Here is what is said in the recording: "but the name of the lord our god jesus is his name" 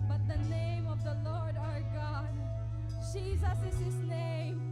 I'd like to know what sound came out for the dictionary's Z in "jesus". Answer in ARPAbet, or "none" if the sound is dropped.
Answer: Z